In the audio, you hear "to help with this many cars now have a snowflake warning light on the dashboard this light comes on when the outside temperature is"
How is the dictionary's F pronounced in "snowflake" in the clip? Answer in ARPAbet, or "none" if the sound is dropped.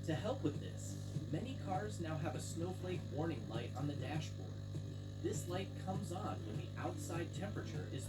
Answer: F